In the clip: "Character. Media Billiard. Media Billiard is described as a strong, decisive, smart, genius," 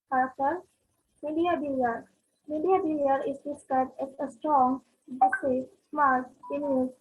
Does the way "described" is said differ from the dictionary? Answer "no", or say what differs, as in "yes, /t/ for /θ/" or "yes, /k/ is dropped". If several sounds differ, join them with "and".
yes, /ɹ/ is dropped